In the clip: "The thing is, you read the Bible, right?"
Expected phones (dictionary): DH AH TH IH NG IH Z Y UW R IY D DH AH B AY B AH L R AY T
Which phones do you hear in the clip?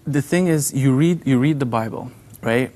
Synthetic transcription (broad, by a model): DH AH TH IH NG IH Z Y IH R IY D DH AH B AY B AH L R AY T